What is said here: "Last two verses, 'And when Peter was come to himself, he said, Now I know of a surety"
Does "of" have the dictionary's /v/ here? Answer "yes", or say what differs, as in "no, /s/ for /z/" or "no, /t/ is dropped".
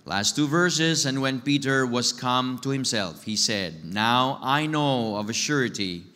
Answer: yes